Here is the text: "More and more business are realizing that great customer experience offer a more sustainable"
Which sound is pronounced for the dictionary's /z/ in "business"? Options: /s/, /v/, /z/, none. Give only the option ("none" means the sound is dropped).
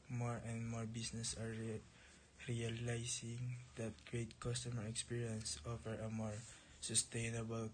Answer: /s/